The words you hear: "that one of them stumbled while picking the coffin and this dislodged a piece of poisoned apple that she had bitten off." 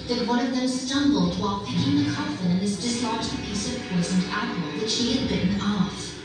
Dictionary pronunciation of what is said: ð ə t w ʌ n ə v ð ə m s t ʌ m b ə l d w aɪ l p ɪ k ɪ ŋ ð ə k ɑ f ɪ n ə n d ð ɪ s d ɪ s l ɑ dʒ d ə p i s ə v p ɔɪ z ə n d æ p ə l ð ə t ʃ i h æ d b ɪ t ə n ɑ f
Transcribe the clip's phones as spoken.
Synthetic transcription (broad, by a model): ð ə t w ʌ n ə v ð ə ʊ s t ʌ m b l d w aɪ l p ɪ k ɪ ŋ ð ə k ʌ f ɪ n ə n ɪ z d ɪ s l ɑ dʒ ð ə p i s ə v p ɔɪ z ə n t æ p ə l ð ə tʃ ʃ i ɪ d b ɪ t n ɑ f